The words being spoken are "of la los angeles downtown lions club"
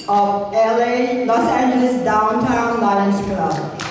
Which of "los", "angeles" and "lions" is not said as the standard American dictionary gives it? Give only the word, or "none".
lions